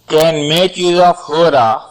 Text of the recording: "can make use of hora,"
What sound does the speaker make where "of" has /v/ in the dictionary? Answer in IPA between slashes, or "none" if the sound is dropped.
/f/